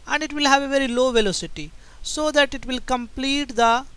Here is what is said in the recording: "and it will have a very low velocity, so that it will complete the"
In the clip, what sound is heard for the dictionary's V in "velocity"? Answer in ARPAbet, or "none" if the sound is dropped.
V